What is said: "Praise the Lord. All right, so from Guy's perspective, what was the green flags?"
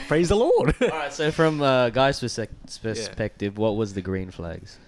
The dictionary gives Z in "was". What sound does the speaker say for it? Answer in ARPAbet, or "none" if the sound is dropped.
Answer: Z